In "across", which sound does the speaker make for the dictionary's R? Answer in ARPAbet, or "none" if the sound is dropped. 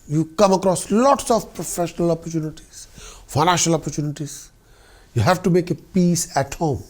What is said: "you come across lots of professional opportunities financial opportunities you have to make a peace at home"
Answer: R